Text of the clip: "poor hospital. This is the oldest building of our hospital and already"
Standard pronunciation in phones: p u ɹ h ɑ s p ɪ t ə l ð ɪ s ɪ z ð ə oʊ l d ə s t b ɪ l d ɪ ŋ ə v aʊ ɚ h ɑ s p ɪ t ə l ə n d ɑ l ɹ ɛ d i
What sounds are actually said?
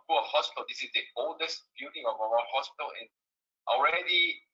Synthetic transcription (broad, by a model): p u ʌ h ɑ s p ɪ t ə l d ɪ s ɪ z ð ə oʊ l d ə s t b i d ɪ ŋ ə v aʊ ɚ h ɑ s p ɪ t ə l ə n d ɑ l ɹ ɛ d i